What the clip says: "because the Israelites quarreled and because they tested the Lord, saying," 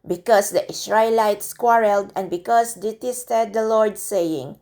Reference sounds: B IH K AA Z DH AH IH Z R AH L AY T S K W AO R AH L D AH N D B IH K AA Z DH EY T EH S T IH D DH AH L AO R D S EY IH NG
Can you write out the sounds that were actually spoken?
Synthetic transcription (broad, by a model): B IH K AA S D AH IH S R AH L AY T S K W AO R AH L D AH N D B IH K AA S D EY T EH S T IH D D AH L AO R D S EY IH NG